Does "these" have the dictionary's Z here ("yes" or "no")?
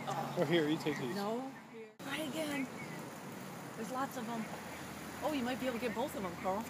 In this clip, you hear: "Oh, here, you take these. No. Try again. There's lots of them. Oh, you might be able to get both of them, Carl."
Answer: no